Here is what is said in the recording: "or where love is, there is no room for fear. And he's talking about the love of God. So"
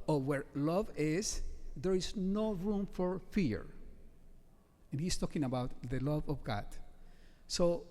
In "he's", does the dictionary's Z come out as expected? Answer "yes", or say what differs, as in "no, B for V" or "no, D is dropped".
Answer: no, S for Z